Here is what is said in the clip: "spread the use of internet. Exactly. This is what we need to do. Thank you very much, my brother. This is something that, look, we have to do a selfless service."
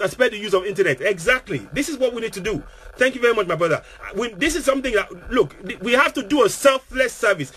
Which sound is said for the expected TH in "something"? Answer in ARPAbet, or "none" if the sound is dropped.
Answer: TH